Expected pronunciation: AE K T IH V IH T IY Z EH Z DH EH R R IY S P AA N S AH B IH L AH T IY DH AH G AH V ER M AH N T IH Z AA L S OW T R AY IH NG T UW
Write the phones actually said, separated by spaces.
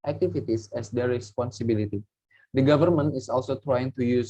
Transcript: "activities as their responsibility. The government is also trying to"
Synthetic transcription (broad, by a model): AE K T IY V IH T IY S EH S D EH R R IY S P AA N S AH B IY L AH T IY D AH G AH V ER M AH N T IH S AA L S OW T R AY IH NG T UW